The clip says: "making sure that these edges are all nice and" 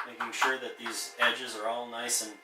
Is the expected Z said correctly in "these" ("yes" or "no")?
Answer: yes